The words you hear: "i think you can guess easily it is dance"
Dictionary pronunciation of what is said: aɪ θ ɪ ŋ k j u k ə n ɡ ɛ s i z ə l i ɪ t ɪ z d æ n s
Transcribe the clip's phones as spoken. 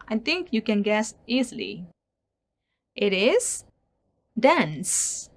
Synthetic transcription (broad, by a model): aɪ t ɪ ŋ k j u k ə n ɡ ɛ s i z l i ɪ t ɪ z d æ n s